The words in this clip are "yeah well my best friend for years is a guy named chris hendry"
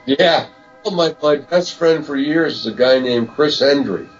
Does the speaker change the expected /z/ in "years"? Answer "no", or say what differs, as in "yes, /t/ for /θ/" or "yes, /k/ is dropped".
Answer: no